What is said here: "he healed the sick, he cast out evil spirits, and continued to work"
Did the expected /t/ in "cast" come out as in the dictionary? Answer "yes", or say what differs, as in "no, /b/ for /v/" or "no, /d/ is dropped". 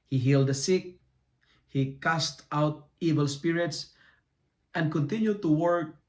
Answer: yes